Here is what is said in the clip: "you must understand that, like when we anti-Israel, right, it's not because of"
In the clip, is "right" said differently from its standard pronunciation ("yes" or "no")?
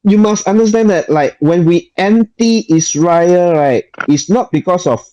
no